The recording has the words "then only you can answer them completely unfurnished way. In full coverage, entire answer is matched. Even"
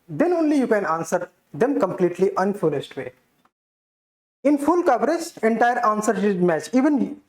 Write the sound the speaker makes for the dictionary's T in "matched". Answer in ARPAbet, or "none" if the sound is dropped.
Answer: none